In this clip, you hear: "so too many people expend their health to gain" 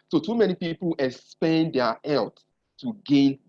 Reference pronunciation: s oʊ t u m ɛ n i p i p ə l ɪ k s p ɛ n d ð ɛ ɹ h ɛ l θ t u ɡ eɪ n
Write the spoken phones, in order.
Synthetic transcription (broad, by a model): s oʊ t u m ɛ n i p i p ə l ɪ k s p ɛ n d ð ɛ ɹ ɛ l t t u ɡ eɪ n